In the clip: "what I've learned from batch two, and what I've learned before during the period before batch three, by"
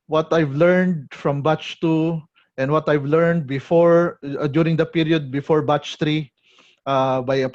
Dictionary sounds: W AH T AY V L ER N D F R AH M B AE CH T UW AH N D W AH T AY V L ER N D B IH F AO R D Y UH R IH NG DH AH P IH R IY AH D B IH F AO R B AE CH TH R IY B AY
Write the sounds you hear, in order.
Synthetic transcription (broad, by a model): W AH T AY V L ER N D F R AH M B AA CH T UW AH N D W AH T AY V L ER N D B IH F AO R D Y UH R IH NG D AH P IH R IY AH D B IH F AO R B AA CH T R IY B AY